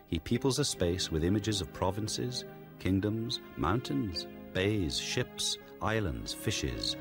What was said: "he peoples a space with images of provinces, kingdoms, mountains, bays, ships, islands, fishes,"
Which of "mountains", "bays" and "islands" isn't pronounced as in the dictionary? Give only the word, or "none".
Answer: none